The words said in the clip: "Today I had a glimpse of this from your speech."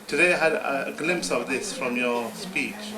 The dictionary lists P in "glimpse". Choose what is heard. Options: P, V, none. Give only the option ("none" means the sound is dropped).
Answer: P